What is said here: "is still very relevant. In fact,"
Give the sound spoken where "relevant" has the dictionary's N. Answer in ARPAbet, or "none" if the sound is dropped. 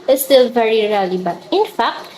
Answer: none